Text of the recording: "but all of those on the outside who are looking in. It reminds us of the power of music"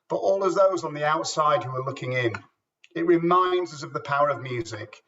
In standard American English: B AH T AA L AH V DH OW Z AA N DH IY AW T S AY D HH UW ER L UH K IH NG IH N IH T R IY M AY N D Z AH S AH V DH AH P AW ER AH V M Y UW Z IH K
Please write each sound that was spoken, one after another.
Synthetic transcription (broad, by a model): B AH T AA L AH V DH OW Z N DH IY AW T S AY D HH UW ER L UH K IH NG IH N IH T R IY M AY N D Z AH S AH V DH AH P AW ER AH V M Y UW Z IH K